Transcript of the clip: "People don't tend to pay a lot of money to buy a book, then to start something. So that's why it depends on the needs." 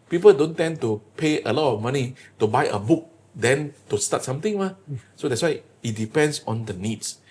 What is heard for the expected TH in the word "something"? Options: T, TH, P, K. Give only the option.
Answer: T